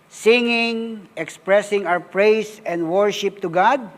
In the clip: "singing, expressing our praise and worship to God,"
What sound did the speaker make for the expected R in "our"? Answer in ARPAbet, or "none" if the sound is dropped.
W